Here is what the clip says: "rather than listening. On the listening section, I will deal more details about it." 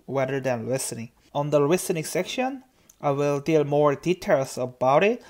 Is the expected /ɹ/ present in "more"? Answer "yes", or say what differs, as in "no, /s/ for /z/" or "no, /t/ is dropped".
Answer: yes